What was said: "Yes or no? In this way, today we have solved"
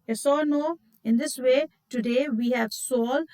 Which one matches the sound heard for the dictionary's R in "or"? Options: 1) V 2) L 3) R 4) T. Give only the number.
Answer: 2